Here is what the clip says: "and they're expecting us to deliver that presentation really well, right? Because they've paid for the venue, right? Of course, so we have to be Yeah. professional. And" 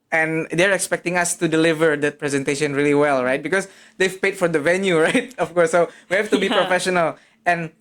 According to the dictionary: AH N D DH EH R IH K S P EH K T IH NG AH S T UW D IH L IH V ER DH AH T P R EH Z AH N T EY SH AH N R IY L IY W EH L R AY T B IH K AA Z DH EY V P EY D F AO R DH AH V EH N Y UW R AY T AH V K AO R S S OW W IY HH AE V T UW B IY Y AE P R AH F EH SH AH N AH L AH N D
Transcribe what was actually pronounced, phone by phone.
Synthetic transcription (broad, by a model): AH N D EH R IH K S P EH K T IH NG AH S T UW D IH L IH V ER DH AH T P R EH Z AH N T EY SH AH N R IY L IY W EH L R AY T B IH K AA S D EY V P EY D F AO R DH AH V EH N Y UW R AY T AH F K AO R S S OW W IY HH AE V T UW B IY P R AH F EH SH AH N AH L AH N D